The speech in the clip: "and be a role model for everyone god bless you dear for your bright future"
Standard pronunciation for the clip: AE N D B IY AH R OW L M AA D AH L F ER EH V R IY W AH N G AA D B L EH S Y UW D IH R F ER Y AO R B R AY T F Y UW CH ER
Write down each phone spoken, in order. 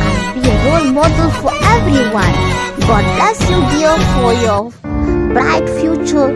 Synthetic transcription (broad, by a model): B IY AH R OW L M AA D AH L F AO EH V R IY W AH N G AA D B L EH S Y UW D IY L F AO Y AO B R AY T F Y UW CH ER